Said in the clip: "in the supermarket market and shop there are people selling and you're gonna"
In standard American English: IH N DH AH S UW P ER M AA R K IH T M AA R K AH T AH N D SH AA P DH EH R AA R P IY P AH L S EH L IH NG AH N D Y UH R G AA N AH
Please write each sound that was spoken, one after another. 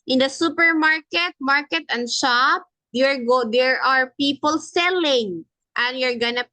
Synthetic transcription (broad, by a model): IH N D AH S UW P ER M AA R K IH T M AA R K AH T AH N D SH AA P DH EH R AA R P IY P AH L S EH L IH NG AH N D Y UH R G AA N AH